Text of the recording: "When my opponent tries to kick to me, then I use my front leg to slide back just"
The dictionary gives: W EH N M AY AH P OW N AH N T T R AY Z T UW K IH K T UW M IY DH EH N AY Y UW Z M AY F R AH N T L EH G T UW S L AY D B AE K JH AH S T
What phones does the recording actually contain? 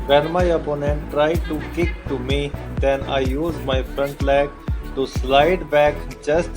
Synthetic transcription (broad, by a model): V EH N M AY AH P OW N AH N T T R AY T UW K IH K T UW M IY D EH N AY Y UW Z M AY F R AH N T L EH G T UW S L AY D B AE K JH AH S T